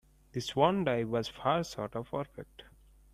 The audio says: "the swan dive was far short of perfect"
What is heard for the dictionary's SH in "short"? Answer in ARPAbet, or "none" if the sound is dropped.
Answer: S